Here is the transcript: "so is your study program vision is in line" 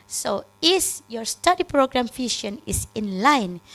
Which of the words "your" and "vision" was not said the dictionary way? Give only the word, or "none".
vision